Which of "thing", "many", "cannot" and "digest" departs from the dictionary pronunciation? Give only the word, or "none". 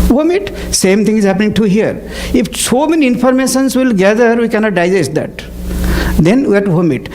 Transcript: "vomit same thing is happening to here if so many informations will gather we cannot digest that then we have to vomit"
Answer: thing